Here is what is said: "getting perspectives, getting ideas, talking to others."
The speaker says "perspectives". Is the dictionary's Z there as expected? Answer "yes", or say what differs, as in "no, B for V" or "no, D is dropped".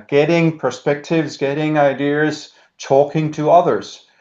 yes